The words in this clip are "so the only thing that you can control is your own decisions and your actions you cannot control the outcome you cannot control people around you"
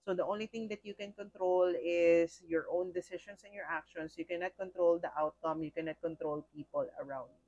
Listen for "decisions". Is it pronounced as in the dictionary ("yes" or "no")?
no